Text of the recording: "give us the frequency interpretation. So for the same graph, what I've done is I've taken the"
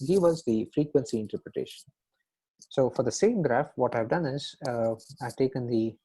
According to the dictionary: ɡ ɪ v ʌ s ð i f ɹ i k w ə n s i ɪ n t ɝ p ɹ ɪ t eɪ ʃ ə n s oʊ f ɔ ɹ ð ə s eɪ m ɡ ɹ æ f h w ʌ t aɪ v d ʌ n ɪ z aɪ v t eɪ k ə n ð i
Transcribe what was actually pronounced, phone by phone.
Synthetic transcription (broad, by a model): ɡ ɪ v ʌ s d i f ɹ i k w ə n s i ɪ n t ɝ p ɹ ɪ t eɪ ʃ ə n s oʊ f ɔ ɹ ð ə s eɪ m ɡ ɹ æ f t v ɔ t aɪ v d ʌ n ɪ z aɪ v t eɪ k ə n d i